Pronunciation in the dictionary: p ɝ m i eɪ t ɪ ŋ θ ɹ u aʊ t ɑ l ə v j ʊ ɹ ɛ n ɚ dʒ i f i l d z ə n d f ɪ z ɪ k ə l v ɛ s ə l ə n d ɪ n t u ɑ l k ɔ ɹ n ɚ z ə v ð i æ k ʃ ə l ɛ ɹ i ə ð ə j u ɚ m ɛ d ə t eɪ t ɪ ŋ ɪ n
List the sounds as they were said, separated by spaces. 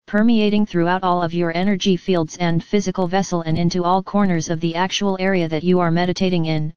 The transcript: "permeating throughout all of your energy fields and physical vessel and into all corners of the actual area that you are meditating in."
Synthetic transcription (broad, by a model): p ɝ m i eɪ t ɪ ŋ θ ɹ u aʊ t ɑ l ə v j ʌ ɹ ɛ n ɚ dʒ i f i l d z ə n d f ɪ z ɪ k ə l v ɛ s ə l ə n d ɪ n t u ɑ l k ɔ ɹ n ɚ z ə v ð i æ k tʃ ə l ɛ ɹ i ə ð ə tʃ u ɚ m ɛ d ə t eɪ t ɪ ŋ ɪ n